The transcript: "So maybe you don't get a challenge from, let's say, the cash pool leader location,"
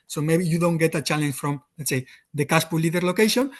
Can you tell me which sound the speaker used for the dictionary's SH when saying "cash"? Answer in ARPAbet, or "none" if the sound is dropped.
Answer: S